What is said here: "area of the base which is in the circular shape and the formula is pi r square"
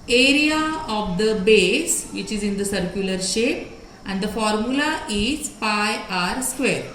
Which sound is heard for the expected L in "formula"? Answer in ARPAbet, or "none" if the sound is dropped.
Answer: L